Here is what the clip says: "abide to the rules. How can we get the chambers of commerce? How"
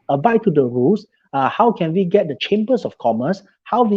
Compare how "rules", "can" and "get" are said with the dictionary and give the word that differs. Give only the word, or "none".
rules